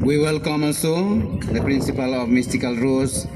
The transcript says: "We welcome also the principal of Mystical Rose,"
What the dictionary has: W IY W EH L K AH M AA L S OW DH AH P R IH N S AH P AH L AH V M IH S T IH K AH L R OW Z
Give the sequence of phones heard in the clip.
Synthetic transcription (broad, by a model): W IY W EH L K AH M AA N S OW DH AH P R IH N S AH P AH L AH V M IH S T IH K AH L R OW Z